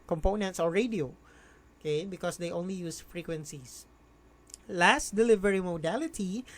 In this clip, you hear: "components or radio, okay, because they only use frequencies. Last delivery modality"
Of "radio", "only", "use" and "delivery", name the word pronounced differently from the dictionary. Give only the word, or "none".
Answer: none